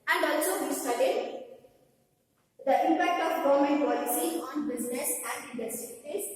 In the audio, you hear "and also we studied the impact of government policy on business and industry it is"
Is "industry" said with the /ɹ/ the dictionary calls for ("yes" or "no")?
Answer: no